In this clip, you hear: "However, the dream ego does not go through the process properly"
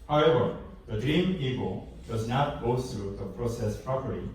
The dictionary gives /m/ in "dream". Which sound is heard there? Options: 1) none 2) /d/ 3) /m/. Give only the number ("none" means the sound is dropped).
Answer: 3